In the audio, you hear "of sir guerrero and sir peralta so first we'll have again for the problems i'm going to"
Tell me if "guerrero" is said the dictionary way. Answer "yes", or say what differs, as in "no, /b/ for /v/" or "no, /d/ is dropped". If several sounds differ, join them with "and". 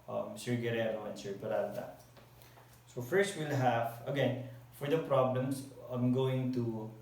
no, /l/ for /ɹ/